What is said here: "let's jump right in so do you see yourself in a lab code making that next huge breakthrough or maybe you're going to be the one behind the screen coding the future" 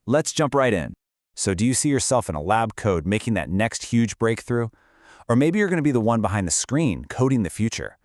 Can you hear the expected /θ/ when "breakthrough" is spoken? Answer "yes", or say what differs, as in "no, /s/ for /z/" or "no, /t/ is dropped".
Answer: yes